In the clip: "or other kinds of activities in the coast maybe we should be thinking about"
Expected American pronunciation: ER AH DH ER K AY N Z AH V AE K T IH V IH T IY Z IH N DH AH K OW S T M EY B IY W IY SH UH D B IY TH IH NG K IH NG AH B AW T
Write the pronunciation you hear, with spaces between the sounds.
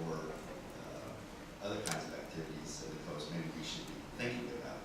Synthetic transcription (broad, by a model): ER AH DH ER K AY N Z AH V AE K T IH V IH T IY Z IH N DH AH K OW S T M EY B IY W IY SH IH D B IY TH IH NG K IH NG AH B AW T